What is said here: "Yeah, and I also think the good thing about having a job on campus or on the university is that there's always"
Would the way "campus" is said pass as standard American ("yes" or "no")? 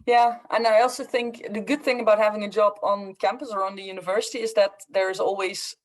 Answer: yes